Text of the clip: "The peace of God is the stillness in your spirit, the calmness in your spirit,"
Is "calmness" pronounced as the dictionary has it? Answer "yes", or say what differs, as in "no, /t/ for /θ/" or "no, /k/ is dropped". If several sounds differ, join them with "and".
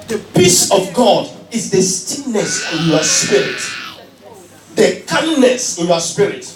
no, /m/ is dropped